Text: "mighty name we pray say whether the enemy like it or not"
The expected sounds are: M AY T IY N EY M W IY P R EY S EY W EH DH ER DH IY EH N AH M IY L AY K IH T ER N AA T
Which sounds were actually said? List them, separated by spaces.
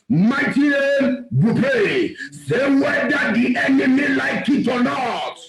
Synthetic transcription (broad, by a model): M AY T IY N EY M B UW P EY S EY W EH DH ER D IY EH N AH M IY L AY K IH T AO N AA T